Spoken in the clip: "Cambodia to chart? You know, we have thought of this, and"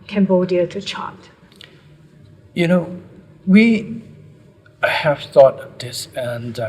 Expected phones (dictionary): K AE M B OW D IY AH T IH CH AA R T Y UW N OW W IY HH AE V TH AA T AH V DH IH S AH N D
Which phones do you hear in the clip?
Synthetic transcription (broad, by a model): K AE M B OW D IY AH T IH CH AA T Y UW N OW W IY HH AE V TH AA T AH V DH IH S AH N